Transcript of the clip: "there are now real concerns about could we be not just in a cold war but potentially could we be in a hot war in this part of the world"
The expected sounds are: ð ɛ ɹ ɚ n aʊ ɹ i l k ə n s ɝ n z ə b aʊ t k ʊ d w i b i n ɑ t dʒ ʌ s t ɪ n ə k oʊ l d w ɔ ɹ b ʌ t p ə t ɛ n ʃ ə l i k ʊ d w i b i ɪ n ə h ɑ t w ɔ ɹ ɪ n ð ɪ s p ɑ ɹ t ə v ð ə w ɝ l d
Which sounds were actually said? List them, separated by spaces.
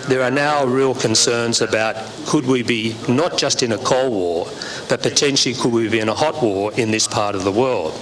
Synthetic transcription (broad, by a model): ð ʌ ɹ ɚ n aʊ ɹ i l k ə n s ɝ n z ə b aʊ t k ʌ d w i b i n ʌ t dʒ ʌ s t ɪ n ə k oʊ l w ɔ ɹ b ʌ t p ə t ɛ n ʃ l i k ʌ d w i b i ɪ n ə h ɑ t w ɔ ɹ ɪ n ð ɪ s p ɑ ɹ t ə v ð ə w ɝ l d